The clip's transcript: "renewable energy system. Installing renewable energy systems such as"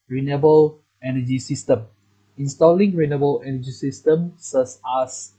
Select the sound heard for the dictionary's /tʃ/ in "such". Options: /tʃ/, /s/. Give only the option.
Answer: /s/